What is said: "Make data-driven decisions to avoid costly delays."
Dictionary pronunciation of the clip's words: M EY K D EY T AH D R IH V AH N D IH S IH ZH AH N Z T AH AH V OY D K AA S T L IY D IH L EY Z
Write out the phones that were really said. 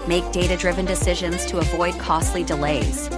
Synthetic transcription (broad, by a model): M EY K D EY T AH D R IH V AH N D IH S IH ZH AH N Z T AH AH V OY D K AA S T L IY D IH L EY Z